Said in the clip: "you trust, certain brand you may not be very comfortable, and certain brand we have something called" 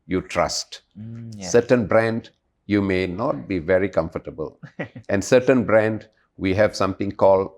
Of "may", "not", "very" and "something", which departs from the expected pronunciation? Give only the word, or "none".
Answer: something